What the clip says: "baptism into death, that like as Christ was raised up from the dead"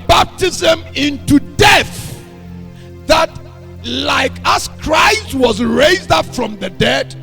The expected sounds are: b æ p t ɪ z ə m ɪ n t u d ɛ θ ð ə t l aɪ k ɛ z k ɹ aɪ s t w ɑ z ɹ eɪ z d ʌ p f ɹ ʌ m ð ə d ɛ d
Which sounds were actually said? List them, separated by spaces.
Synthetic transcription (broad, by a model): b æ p t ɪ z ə m ɪ n t u d ɛ θ ð ə t l aɪ k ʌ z k ɹ aɪ s t w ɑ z ɹ eɪ z d ʌ p f ɹ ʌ m ð ə d ɛ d